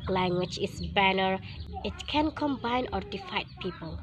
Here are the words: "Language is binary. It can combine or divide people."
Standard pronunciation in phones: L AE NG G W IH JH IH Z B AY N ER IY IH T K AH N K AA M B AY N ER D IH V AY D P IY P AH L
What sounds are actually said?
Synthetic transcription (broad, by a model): L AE NG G W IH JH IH S B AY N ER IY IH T K AH N K AA M B AY N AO D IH F AY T P IY P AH L